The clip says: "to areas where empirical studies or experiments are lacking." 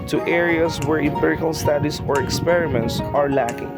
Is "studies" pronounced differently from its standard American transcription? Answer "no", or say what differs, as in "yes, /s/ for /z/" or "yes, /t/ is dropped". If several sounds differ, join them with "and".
yes, /s/ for /z/